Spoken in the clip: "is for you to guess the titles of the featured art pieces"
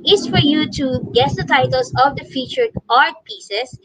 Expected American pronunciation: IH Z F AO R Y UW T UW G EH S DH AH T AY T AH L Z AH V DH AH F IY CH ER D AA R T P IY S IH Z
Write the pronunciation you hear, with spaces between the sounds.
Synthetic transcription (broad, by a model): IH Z F AO R Y UW T UW G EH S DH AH T AY T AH L S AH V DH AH F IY CH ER AA R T P IY S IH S